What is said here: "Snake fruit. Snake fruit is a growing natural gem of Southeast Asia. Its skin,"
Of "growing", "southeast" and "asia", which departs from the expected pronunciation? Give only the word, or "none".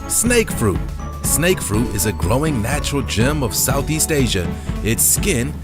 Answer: none